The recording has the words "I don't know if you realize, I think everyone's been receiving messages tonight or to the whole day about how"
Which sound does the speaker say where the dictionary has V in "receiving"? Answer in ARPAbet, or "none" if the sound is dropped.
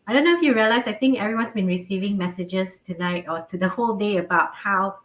V